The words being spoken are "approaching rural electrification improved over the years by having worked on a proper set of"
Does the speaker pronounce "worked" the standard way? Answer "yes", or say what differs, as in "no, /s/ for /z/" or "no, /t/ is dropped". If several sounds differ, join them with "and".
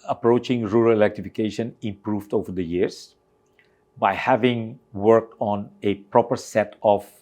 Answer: yes